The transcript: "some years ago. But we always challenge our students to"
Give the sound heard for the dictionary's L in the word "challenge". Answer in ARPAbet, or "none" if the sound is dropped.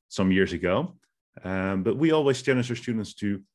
N